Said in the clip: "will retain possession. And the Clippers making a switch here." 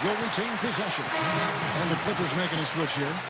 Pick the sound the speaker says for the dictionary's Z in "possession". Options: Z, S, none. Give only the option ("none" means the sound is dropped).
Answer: Z